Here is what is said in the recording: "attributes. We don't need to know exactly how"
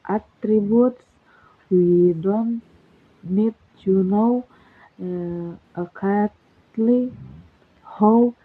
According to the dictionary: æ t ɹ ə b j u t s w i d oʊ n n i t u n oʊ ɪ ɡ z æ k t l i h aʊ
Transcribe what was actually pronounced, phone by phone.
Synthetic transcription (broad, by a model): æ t ɹ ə b j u t s w i d oʊ n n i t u n oʊ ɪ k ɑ t l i h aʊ